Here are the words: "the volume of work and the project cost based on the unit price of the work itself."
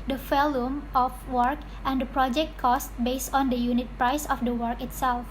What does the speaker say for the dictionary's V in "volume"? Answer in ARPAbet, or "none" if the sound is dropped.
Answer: F